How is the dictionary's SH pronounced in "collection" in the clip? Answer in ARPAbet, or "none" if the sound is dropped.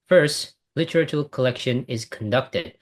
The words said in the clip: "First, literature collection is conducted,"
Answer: SH